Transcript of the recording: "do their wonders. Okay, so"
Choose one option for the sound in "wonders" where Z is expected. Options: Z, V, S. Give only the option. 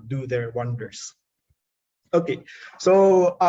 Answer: S